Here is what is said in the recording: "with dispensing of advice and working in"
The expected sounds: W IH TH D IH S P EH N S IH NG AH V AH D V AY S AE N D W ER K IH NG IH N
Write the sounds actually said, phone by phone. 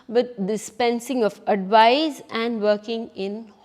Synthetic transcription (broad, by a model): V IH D D IH S P EH N S IH NG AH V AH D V AY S AE N D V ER K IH NG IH N